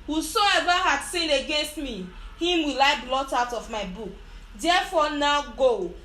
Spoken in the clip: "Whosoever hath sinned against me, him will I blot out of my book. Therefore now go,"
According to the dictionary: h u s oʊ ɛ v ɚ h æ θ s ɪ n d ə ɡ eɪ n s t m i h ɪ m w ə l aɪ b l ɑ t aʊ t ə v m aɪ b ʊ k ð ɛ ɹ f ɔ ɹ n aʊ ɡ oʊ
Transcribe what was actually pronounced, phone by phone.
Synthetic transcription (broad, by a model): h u s oʊ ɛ v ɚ h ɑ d s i n ə ɡ eɪ n s t m i h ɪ m w ə l aɪ b l ɑ t aʊ t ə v m aɪ b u k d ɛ f ɔ n aʊ ɡ oʊ